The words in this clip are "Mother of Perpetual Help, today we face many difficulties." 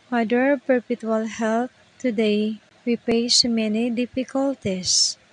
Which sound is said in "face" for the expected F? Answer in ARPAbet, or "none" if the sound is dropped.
P